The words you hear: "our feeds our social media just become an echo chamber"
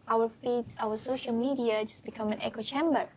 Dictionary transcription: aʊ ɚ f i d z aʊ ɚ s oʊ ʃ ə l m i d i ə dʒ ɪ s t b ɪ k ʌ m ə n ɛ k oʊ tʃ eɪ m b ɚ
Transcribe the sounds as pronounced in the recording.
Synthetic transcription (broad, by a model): aʊ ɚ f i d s aʊ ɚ s oʊ ʃ ə l m i d i ə dʒ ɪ s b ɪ k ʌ m ə n ɛ k oʊ tʃ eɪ m b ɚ